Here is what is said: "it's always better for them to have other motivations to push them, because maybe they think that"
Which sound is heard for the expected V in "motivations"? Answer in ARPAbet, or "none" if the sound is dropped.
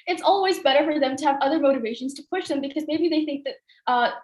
V